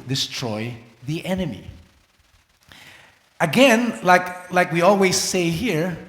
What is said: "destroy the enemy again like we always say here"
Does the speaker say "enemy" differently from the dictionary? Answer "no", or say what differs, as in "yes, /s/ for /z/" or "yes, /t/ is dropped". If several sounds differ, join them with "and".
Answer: no